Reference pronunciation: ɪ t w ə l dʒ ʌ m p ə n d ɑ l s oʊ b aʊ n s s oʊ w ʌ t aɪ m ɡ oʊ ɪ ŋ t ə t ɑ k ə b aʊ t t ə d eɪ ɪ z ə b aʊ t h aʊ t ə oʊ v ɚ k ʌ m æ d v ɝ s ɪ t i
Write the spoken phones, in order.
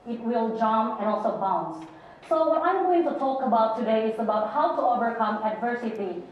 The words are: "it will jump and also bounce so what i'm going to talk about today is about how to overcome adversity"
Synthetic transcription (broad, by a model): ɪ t w ə l dʒ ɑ m ə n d ɑ l s oʊ b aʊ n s s oʊ w ʌ t aɪ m ɡ oʊ ɪ ŋ t ə t ɑ k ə b aʊ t t ə d eɪ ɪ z ə b aʊ t h aʊ t ə oʊ v ɚ k ʌ m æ d v ɝ s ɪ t i